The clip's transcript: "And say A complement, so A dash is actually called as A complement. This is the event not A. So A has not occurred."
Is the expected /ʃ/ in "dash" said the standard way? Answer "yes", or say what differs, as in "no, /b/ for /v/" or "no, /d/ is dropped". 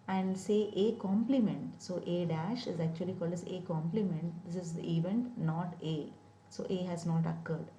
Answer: yes